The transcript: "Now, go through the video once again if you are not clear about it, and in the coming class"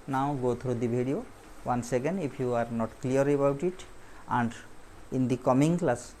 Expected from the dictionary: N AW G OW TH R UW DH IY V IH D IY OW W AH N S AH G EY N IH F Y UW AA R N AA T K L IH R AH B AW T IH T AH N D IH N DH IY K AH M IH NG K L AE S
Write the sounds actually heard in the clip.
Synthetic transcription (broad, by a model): N AW G OW T R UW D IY B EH D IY OW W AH N S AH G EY N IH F Y UW AA R N AA T K L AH R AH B AW T IH T AH N D IH N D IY K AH M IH NG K L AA S